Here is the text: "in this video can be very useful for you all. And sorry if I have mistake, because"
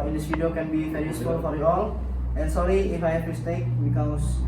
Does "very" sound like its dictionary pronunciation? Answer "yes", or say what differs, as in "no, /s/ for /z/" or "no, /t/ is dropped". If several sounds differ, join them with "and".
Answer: no, /f/ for /v/